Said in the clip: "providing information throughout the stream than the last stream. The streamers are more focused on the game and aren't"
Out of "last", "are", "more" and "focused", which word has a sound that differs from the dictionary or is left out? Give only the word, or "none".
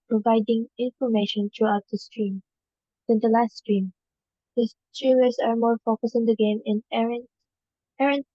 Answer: focused